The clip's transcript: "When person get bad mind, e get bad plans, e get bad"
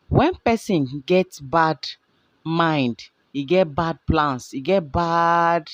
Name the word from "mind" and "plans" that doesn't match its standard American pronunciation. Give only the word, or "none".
plans